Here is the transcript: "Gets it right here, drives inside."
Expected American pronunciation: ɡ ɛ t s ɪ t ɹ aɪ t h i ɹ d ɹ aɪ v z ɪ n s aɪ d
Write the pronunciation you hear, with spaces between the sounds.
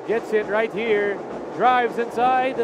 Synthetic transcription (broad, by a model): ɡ ɛ t s ɪ t ɹ aɪ t h i ɹ d ɹ aɪ v z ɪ n s aɪ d